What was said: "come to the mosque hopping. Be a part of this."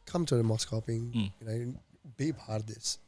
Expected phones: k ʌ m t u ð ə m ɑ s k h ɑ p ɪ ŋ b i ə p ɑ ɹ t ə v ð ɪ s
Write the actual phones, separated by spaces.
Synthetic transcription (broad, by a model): k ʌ m t u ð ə m ɑ s k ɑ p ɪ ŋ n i ə b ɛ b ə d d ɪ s